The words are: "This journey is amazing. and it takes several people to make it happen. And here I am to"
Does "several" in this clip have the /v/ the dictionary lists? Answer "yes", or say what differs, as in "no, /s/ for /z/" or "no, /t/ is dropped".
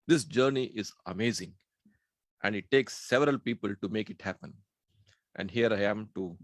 yes